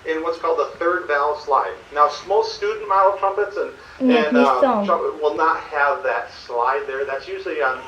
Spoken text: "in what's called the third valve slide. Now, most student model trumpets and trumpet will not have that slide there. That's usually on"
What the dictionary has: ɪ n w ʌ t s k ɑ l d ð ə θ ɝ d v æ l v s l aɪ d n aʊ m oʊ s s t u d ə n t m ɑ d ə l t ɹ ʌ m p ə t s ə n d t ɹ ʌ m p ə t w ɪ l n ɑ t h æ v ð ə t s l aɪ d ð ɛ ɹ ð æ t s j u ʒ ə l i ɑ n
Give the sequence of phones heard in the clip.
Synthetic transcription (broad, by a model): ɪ n w ʌ t s k ɑ l d ð ə θ ɝ d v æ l s l aɪ d n aʊ m oʊ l s t u d n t m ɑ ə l t ɹ ʌ m p ə t s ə n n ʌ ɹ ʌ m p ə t w ɪ l n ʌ t h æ v ð ə t s l aɪ d ð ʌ ɹ ð æ t s j u ʒ l i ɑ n